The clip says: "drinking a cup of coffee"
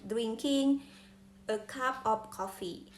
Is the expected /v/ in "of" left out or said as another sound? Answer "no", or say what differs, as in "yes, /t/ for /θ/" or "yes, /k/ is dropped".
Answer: yes, /p/ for /v/